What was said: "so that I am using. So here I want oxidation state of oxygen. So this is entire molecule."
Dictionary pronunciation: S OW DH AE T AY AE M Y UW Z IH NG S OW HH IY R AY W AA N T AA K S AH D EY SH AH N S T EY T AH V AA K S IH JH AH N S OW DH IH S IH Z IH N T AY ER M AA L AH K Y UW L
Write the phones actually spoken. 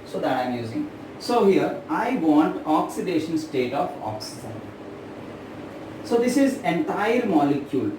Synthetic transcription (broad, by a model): S OW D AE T AY M Y UW Z IH NG S OW HH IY R AY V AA N T AA K S AH D EY SH AH N S T EY T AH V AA K S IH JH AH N S OW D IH S IH Z IH N T AY ER M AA L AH K Y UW L